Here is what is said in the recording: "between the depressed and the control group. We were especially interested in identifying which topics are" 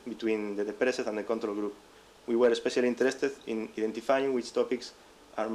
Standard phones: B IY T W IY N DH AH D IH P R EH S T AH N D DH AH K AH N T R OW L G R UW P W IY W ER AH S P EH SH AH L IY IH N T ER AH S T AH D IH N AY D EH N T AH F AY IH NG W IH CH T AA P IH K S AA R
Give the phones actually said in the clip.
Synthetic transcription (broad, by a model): B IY T W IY N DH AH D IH P R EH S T AH N D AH K AH N T R OW L G R UW P W IY W ER AH S P EH SH AH L IY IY N T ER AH S T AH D IH N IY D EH N T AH F AY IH NG W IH CH T AA P IH K S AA R